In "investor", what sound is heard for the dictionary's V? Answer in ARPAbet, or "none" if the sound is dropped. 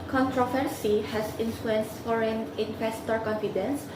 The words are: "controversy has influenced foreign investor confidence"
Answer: F